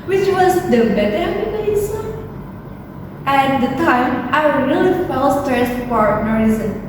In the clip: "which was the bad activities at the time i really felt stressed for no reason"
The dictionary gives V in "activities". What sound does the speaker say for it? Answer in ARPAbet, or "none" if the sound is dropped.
B